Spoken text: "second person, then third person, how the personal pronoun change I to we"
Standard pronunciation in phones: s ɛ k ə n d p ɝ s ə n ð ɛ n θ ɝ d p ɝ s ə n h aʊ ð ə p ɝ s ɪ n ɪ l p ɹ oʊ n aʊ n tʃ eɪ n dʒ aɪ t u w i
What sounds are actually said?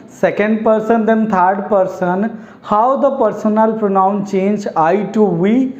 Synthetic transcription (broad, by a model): s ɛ k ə n d p ɝ s ə n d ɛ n t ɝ d p ɝ s ə n h aʊ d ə p ɝ s ɪ n ɪ l p ɹ oʊ n aʊ n tʃ eɪ n dʒ aɪ t u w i